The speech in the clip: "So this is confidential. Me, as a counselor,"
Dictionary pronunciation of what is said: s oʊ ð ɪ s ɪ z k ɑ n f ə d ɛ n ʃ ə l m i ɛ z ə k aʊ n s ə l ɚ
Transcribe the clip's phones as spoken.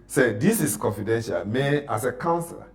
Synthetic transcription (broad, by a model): s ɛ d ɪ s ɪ s k ɑ n f ə d ɛ n ʃ ə l m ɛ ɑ s ə k aʊ n s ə l